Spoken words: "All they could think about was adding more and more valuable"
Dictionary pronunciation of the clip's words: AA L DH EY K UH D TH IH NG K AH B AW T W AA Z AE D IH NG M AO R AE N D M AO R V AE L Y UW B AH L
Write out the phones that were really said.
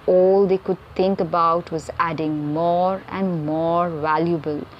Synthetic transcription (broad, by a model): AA L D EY K UH D T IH NG K AH B AW T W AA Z AE D IH NG M AO R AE N D M AO R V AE L Y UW B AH L